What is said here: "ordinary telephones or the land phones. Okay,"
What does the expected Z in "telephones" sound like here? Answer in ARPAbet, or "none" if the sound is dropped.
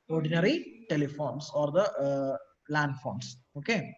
S